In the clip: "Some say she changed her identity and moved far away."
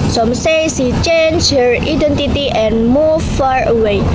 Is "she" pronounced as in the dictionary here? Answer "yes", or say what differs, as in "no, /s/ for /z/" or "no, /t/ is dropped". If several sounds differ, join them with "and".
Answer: no, /s/ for /ʃ/